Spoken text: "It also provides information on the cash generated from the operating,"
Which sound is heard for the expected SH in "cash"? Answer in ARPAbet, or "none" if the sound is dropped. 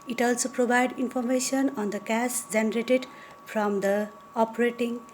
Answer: S